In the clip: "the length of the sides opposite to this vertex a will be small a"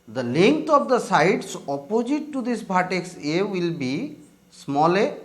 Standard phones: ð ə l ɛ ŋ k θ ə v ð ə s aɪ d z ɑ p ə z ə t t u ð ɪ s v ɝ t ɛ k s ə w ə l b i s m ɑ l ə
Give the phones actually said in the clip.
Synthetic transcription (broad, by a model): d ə l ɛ ŋ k t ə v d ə s aɪ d s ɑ p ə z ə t t u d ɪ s b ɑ t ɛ k s ə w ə l b i s m ɑ l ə